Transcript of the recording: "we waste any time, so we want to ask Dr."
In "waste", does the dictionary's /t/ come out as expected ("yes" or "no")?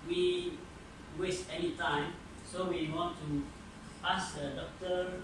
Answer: yes